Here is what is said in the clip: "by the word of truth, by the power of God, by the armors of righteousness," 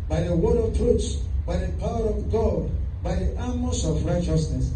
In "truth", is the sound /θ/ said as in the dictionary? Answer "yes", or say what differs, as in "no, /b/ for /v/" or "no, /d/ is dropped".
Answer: no, /s/ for /θ/